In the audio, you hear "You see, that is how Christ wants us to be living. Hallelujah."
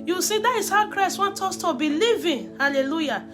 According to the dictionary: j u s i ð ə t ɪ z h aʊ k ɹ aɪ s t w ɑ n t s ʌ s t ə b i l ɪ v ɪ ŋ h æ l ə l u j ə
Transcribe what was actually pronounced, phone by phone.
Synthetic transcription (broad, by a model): j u s i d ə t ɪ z h aʊ k ɹ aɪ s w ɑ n t ɔ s t ə b i l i v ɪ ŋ h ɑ l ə l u j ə